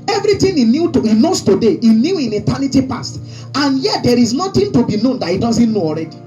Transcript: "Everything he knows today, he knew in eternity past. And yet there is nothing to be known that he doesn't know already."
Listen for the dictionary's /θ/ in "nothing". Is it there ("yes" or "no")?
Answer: no